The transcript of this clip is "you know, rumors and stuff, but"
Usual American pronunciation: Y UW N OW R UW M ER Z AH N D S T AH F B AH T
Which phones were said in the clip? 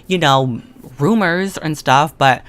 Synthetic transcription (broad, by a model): Y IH N OW R UW M ER Z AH N S T AH F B AH T